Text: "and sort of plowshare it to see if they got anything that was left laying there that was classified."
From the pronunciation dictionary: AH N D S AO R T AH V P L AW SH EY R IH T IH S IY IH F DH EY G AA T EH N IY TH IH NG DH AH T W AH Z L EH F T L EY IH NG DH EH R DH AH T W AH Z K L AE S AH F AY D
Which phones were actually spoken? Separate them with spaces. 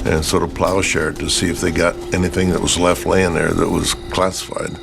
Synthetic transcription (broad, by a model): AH N S AO R T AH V P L AW SH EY R T IH S IY IH F DH EY G AA T EH N IY TH IH NG DH AH T W AH Z L EH F T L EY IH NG DH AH R DH AH T W AH Z K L AE S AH F AY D